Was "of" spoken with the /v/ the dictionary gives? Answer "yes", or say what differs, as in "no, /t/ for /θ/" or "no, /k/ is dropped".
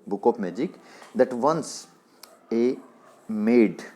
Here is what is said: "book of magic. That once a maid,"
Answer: no, /p/ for /v/